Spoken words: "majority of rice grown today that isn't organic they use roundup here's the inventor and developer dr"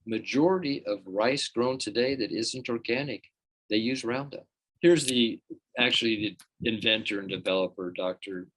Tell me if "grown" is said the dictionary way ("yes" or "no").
yes